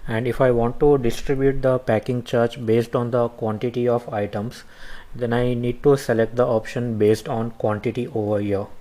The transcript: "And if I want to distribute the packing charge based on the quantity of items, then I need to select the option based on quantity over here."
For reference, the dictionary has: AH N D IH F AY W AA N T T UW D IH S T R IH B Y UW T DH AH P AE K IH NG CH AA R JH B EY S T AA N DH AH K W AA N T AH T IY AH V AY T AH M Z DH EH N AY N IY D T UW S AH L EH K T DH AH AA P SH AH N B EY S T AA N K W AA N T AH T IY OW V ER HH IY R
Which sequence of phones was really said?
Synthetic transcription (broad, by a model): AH N D IH F AY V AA N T T UW D IH S T R IH B Y UW T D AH P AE K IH NG CH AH R CH B EY S T AA N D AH K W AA N T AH T IY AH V AY T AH M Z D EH N AY N IY D T UW S AH L EH K T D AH AA P SH AH N B EY S T AA N K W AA N T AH T IY OW V ER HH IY R